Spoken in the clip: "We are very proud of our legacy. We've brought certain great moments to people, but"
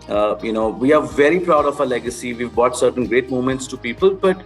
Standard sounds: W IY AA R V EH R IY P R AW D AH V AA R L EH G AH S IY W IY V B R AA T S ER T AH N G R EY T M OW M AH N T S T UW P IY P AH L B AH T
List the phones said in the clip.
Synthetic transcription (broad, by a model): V IY AA R V EH R IY P R AW D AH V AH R L EH G AH S IY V IY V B AA T S ER T AH N G R EY T M OW M AH N T S T UW P IY P AH L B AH T